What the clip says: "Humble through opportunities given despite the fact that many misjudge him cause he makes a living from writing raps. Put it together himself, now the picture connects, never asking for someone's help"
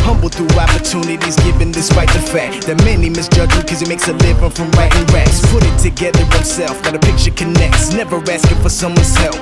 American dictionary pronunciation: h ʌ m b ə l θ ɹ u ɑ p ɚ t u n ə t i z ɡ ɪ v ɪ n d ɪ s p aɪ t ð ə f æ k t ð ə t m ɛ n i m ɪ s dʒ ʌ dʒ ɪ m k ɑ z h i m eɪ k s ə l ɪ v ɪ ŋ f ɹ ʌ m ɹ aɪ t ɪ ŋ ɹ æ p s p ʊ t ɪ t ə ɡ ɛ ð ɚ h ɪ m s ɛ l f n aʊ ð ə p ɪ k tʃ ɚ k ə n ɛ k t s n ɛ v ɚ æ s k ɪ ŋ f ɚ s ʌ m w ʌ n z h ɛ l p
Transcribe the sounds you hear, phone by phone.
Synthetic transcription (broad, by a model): h ʌ m b l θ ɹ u ɑ p ɚ t u n ə t i z ɡ ɪ v ɪ n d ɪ s p aɪ t ð ə f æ k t ð ə t m ɛ n i m ɪ s dʒ ʌ dʒ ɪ k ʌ z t m eɪ k s ə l ɪ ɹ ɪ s f ɹ ʌ m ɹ aɪ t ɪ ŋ ɹ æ s p ʊ t ɪ t ə ɡ ɛ ð ɚ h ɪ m s ɛ l f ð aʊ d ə p ɪ k tʃ ɚ k ə n ɛ k t s n ɛ v ɚ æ s k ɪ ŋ f ɚ s ʌ m w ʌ n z ɛ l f